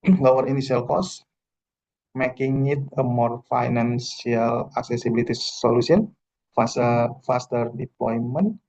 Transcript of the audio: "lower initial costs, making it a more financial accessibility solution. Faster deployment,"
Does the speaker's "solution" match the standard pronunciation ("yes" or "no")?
no